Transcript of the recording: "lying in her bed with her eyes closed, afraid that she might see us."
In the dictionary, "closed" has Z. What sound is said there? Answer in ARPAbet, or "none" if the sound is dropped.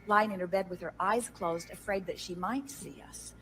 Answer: Z